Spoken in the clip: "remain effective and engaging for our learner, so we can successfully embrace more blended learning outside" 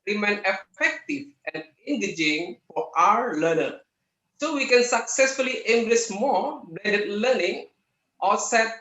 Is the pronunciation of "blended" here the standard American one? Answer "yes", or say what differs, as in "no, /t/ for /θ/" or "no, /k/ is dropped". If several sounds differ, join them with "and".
no, /l/ is dropped